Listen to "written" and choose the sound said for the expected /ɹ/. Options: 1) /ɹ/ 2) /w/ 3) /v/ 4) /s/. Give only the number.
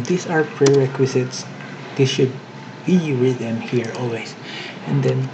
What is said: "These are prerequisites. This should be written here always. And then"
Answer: 2